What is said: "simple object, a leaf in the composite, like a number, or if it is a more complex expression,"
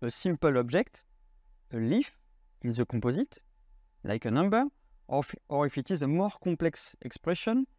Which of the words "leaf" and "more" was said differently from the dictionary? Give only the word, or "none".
none